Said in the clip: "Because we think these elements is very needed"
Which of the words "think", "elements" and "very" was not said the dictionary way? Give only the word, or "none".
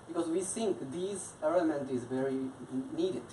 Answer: elements